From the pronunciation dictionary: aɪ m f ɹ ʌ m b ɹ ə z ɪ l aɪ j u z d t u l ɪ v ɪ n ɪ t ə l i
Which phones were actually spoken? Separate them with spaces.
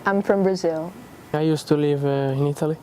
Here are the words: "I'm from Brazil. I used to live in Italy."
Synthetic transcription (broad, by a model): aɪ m f ɹ ʌ m b ɹ ə z ɪ l aɪ j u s t u l ɪ v ɪ n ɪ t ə l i